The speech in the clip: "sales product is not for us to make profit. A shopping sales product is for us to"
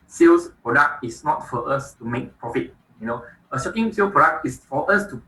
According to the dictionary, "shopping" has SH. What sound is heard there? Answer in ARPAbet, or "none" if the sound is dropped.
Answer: S